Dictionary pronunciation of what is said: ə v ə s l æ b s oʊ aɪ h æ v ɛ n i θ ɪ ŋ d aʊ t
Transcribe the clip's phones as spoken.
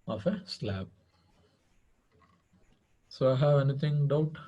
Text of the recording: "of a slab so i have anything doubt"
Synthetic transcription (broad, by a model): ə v ə s l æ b s oʊ aɪ h æ v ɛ n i t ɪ ŋ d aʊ t